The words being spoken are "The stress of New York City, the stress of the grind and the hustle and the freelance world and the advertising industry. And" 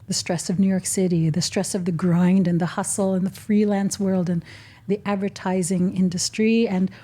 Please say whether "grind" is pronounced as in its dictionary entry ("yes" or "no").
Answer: yes